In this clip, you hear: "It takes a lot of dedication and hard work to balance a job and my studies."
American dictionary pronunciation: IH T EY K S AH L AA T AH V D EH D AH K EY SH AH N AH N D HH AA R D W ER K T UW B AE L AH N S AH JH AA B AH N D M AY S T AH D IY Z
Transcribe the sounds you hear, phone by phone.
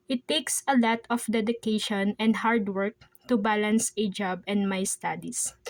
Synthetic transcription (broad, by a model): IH T EY K S AH L AA T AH F D EH D AH K EY SH AH N AH N D HH AA R D W ER K T UW B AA L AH N S AH JH AA B AH N D M AY S T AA D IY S